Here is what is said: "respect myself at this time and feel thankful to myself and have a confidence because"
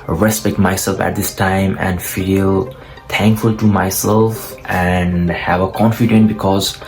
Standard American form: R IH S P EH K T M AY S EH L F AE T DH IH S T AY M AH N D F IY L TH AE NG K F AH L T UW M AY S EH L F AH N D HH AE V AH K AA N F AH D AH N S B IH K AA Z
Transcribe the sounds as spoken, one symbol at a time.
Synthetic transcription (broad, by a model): R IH S P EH K T M AY S EH L F AE T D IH S T AY M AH N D F IY L T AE NG K F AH L T UW M AY S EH L F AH N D HH AE V AH K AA N F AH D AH N B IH K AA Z